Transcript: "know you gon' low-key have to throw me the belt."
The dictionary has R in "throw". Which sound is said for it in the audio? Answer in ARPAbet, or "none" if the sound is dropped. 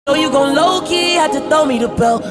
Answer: none